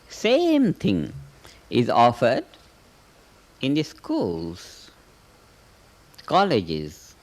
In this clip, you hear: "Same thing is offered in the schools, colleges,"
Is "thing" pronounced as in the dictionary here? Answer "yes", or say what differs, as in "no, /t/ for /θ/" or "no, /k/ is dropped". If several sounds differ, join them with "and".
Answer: no, /t/ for /θ/